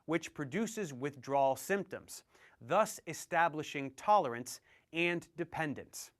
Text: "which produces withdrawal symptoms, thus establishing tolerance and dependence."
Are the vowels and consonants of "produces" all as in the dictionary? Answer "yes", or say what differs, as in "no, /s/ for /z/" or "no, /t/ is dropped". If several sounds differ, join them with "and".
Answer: yes